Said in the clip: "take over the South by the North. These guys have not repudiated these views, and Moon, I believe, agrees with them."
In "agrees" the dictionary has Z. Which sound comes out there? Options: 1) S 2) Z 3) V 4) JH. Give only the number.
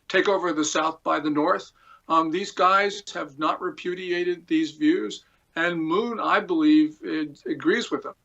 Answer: 2